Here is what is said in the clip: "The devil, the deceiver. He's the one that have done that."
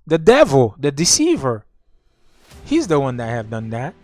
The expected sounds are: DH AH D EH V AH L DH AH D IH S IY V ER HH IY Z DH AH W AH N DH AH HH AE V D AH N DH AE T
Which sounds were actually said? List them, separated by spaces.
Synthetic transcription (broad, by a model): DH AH D EH V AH L DH AH D IH S IY V ER HH IY Z DH AH W AH N DH AH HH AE V D AH N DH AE T